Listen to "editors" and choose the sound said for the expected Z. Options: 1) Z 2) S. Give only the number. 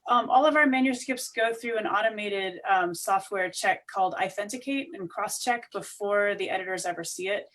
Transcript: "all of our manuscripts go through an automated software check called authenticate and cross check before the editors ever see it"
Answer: 1